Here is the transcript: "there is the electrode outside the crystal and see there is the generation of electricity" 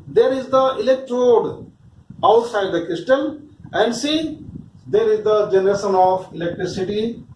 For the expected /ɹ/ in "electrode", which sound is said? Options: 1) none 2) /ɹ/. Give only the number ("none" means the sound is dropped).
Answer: 2